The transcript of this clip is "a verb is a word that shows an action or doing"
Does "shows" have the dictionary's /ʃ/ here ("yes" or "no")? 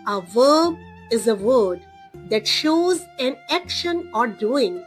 yes